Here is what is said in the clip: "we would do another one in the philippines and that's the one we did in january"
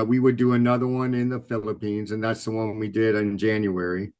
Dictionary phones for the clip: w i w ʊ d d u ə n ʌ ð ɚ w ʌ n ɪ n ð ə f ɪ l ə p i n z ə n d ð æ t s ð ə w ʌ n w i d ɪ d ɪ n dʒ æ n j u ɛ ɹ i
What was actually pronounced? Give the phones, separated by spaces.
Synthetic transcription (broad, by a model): w i w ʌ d d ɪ ə n ʌ ð ɚ w ʌ n ɪ n ð ə f ɪ l ə p i n z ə n ð æ t s ð ə w ʌ n w i d ɪ d ɪ n dʒ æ n j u ɛ ɹ i